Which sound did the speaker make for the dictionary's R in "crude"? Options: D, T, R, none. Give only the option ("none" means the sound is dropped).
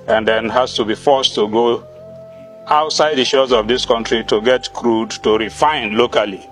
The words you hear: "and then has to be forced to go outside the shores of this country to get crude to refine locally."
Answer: R